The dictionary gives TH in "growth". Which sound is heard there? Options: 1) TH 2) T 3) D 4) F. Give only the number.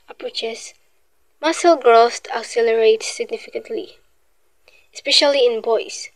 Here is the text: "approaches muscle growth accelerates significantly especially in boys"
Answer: 2